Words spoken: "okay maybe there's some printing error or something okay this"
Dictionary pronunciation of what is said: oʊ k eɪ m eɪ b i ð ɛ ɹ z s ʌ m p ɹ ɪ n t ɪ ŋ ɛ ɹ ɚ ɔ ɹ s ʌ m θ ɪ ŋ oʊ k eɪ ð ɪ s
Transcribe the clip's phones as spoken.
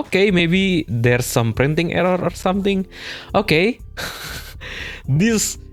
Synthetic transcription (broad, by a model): k eɪ m eɪ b i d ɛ ɹ s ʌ m p ɹ ɪ n t ɪ ŋ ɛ ɹ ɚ ɔ ɹ s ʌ m t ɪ ŋ oʊ k eɪ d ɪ s